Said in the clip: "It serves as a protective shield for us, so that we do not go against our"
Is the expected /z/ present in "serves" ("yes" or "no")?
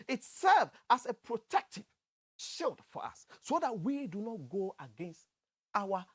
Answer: no